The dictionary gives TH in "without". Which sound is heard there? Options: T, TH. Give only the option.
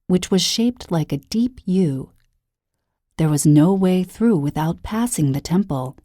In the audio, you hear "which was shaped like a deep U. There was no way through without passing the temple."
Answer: TH